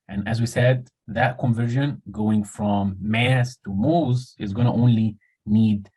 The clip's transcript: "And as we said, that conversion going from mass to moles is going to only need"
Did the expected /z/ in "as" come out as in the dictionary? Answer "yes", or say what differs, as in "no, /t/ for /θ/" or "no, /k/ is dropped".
yes